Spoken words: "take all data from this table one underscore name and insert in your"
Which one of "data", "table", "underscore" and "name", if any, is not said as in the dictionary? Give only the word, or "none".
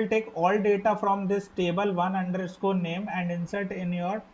underscore